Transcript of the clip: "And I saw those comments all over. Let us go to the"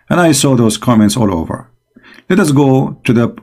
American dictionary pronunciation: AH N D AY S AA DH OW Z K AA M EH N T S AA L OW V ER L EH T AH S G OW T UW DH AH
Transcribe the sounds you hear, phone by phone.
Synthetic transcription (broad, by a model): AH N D AY S AA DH OW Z K AA M EH N T S AA L OW V ER L EH T AH S G OW T UW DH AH